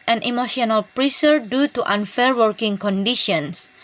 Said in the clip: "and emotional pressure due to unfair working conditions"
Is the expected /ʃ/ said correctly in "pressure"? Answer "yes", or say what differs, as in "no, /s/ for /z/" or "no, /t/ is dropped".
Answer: no, /s/ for /ʃ/